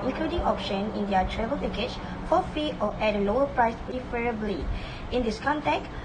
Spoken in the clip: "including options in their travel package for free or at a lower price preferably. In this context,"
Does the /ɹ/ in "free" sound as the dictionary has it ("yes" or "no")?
no